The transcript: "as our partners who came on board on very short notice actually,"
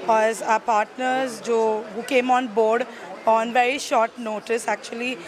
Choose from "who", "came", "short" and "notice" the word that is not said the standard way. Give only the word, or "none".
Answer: none